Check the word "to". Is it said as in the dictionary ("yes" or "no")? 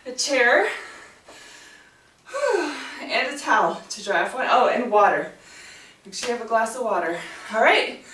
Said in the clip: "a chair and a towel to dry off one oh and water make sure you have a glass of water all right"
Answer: yes